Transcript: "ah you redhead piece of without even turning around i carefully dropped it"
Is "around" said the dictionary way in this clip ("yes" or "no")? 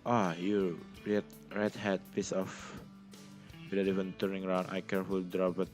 yes